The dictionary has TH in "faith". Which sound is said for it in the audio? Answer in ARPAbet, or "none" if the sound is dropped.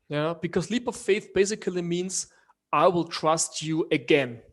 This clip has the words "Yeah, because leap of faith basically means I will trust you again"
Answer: TH